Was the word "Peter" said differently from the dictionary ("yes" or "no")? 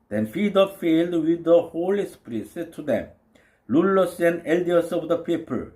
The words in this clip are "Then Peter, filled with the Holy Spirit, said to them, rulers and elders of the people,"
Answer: yes